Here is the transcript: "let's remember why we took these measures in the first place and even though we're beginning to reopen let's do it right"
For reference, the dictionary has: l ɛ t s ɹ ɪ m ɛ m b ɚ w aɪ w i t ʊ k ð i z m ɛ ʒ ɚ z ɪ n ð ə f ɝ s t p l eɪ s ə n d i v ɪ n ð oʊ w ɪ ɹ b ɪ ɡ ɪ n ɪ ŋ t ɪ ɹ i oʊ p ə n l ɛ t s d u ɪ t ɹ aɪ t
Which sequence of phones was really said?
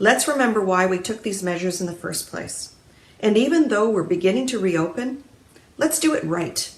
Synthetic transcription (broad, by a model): l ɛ t s ɹ ɪ m ɛ m b ɚ w aɪ w i t ʊ k ð i z m ɛ ʒ ɚ z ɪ n ð ə f ɝ s p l eɪ s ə n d i v ɪ n ð oʊ w ɪ ɹ b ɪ ɡ ɪ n ɪ ŋ t ɪ ɹ i oʊ p ə n l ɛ t s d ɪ ɪ t ɹ aɪ t